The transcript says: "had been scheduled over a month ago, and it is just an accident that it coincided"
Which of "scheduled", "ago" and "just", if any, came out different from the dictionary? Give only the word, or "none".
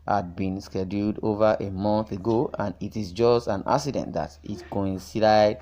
none